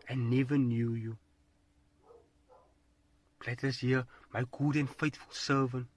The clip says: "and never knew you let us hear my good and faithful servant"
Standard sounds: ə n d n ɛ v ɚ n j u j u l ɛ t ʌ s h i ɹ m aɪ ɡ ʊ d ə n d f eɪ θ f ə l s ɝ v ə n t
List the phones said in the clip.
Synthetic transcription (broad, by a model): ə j n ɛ v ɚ n j u j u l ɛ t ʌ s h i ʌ m aɪ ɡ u d ə n d f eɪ t f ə l s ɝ v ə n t